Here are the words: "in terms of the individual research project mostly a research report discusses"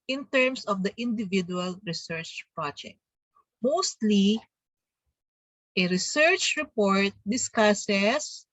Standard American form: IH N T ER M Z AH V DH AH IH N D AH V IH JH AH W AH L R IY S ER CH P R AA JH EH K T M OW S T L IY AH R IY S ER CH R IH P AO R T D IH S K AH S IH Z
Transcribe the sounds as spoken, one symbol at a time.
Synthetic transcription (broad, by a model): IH N T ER M S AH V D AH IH N D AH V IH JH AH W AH L R IY S ER CH P R AA JH EH K T M OW S T L IY AH R IY S ER CH R IH P AO R T D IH S K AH S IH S